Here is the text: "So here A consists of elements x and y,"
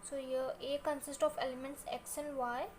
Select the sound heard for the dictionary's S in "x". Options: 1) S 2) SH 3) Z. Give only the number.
2